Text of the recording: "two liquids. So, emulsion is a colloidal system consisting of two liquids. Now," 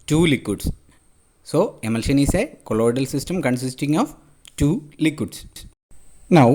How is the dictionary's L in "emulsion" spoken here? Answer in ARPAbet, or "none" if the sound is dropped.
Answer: L